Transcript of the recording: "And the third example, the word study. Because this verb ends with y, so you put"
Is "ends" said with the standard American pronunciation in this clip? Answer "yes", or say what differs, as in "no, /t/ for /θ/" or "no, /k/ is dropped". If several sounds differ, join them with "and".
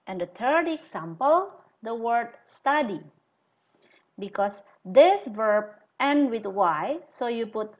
no, /z/ is dropped